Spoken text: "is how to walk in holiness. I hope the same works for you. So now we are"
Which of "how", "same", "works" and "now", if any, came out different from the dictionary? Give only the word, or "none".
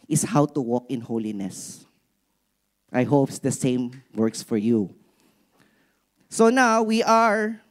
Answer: none